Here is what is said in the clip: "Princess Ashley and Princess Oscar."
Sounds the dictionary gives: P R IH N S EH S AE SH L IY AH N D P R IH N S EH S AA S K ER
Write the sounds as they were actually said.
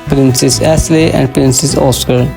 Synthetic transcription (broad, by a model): P R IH N S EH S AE S L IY AH N D P R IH N S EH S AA S K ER